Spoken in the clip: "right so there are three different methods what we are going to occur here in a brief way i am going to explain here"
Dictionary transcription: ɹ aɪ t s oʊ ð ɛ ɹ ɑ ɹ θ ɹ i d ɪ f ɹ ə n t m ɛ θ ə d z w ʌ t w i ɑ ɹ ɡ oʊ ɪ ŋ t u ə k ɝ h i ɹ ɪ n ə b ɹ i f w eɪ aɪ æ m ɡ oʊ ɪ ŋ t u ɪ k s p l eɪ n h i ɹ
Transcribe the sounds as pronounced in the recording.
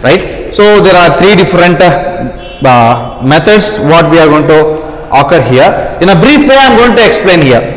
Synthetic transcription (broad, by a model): ɹ aɪ t s oʊ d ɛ ɹ ɑ ɹ t ɹ i d ɪ f ɹ ə n t m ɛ t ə d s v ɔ t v i ɑ ɹ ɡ oʊ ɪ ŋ t u ə k ɝ h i ɹ ɪ n ə b ɹ i f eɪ aɪ m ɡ oʊ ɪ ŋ t u ɪ k s p l eɪ n h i ɹ